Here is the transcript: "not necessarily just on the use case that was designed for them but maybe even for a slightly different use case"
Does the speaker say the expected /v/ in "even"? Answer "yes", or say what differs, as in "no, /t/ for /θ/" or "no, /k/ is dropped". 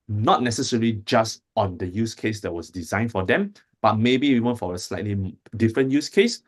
no, /w/ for /v/